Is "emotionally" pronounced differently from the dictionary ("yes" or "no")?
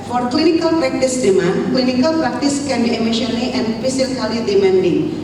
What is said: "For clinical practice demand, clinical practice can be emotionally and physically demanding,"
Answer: yes